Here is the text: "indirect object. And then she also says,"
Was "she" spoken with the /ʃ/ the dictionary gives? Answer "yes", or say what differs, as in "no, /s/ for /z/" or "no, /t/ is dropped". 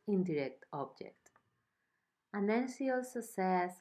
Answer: no, /s/ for /ʃ/